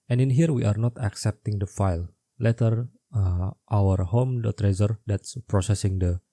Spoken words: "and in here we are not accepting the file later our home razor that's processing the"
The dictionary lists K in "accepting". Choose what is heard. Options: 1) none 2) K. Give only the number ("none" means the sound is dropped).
2